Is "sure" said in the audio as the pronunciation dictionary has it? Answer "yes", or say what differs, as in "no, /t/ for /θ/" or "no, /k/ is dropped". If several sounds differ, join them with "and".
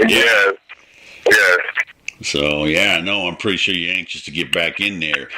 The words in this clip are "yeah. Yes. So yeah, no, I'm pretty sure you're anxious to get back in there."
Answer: yes